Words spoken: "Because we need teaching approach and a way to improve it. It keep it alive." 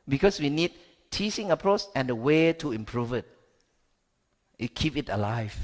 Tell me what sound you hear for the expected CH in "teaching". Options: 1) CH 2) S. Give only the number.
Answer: 2